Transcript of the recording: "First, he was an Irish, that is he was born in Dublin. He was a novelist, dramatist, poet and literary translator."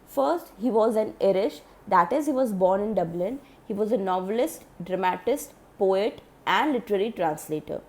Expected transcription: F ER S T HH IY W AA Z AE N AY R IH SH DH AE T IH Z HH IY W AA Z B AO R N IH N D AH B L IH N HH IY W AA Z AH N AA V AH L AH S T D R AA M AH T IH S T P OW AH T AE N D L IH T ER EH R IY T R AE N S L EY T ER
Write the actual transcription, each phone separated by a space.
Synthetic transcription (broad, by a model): F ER S T HH IY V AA Z AE N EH R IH SH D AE T IH Z HH IY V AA Z B AO R N IH N D AH B L IH N HH IY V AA Z AH N AA V AH L AH S T D R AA M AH T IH S T P OW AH T AE N D L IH T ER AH R IY T R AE N S L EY T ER